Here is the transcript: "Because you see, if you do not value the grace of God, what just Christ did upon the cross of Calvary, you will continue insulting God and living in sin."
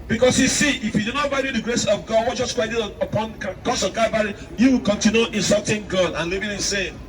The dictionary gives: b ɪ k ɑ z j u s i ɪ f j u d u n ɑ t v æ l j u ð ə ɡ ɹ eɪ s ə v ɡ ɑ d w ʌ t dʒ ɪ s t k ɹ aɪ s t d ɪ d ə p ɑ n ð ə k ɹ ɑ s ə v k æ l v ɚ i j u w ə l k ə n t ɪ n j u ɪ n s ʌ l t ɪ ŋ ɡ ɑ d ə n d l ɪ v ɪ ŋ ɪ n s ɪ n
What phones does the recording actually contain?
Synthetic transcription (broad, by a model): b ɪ k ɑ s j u s i ɪ f j u d u n ɑ t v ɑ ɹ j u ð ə ɡ ɹ eɪ s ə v ɡ ɑ d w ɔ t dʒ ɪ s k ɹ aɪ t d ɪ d ə p ɑ n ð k ɑ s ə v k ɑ v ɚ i j u w ə l k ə n t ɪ n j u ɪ n s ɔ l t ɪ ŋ ɡ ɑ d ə n l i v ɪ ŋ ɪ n s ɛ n